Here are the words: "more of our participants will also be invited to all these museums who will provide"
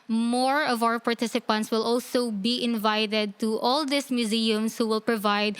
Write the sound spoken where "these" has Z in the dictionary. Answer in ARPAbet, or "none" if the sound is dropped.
S